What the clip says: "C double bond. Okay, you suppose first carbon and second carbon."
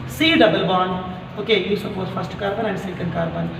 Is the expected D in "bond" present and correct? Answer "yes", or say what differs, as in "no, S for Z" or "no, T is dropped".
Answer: no, D is dropped